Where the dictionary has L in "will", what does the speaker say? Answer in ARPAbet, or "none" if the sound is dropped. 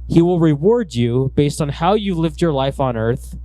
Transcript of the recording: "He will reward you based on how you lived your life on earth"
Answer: L